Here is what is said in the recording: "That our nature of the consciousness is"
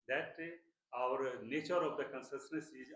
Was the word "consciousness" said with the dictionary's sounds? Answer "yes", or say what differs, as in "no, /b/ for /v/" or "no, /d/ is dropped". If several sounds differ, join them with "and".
no, /s/ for /ʃ/